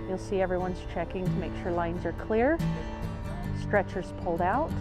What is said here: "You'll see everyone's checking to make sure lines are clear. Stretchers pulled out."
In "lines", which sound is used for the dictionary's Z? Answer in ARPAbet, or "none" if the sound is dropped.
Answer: Z